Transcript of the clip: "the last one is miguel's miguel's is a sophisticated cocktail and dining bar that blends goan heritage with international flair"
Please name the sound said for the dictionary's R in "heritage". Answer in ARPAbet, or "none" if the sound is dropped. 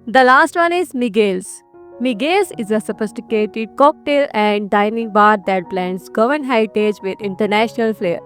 none